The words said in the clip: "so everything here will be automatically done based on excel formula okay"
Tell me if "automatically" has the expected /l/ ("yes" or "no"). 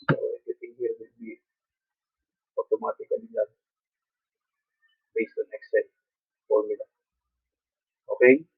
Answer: no